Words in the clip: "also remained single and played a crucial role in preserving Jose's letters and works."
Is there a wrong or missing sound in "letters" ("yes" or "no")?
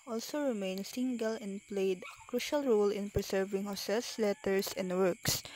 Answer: yes